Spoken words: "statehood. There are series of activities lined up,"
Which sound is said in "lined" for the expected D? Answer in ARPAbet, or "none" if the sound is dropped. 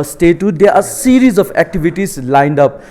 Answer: D